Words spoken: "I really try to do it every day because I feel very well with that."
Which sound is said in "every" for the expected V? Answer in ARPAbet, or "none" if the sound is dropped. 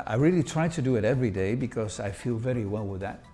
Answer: V